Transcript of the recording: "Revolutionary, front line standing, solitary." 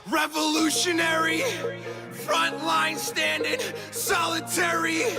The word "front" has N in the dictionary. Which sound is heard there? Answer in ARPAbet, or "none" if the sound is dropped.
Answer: N